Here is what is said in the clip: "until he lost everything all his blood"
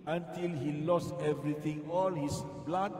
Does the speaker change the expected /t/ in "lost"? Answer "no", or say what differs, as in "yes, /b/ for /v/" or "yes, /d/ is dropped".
no